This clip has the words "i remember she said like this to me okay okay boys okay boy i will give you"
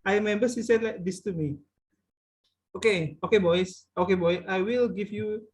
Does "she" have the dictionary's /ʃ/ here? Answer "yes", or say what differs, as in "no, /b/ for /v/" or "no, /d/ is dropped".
no, /s/ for /ʃ/